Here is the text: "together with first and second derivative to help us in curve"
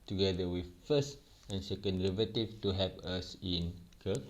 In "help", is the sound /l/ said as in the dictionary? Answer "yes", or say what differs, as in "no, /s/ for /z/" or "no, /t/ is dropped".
no, /l/ is dropped